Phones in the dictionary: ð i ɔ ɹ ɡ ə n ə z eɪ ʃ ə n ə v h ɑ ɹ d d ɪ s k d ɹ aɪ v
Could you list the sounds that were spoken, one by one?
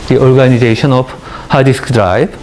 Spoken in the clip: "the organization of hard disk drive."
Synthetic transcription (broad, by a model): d i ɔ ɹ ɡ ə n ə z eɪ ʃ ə n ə b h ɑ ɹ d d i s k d ɹ aɪ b